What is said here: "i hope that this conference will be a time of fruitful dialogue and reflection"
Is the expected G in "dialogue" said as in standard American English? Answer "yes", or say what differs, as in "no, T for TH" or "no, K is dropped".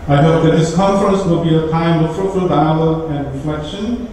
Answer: no, G is dropped